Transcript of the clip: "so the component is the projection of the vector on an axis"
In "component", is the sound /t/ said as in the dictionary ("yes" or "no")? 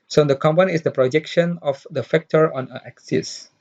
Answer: no